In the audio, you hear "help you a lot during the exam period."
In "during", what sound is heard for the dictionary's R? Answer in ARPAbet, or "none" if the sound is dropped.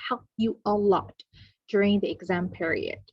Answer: R